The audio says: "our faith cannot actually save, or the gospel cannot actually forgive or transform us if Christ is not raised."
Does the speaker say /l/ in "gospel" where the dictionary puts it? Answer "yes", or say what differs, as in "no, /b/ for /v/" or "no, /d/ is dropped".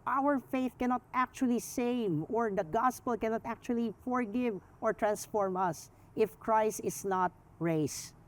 yes